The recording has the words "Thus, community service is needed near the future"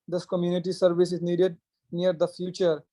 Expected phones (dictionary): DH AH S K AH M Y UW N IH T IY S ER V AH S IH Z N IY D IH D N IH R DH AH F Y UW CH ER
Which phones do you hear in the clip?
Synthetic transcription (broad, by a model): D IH S K AH M Y UW N IH T IY S ER V AH S IH Z N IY D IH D N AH R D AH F Y UW CH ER